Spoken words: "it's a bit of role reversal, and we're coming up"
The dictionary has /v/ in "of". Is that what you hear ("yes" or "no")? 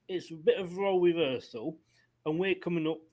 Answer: yes